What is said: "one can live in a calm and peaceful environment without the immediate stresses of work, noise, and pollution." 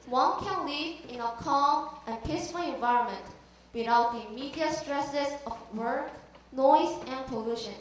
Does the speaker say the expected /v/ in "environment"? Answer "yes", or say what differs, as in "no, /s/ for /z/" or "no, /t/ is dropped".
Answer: yes